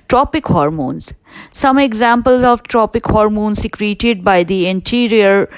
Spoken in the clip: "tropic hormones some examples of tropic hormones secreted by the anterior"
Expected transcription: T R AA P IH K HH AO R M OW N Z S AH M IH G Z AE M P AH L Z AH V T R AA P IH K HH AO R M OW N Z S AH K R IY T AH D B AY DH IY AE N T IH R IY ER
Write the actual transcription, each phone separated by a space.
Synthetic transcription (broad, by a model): T R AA P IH K HH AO R M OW N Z S AH M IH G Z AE M P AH L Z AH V T R AA P IH K HH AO R M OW N S AH K R IY T AH D B AY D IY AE N T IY R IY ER